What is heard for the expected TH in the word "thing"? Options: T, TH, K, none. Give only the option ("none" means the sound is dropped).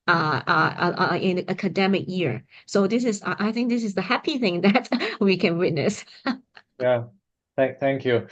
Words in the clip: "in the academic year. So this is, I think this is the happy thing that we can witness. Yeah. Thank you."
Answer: TH